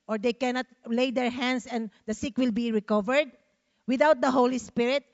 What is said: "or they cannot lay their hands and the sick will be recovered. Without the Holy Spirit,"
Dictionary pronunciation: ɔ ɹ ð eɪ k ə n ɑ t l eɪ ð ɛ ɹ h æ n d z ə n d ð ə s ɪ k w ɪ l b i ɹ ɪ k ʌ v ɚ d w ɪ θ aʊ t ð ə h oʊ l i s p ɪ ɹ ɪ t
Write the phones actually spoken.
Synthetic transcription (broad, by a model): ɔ ɹ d eɪ k ə n ɑ t l eɪ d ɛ ɹ h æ n d s ə n d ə s ɪ k w ɪ l b i ɹ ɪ k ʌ v ɚ d w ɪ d aʊ t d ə h oʊ l i s p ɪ ɹ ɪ t